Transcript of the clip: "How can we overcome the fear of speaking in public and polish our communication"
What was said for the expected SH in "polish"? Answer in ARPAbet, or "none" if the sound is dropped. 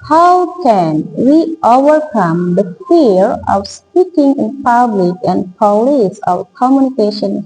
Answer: S